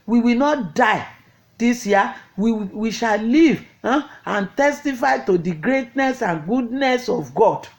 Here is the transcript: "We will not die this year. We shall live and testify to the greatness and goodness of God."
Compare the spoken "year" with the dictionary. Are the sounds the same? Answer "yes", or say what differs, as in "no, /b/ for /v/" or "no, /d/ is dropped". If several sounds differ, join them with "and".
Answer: no, /w/ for /ɹ/